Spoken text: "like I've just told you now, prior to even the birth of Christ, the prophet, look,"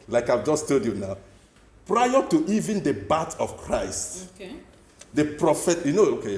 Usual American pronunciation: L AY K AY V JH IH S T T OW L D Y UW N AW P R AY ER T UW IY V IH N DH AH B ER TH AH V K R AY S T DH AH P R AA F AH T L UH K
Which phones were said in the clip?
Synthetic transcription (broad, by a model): L AY K AY V JH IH S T T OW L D Y UW N AW P R AY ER T UW IY V IH N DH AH B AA T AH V K R AY S T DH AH P R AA F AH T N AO K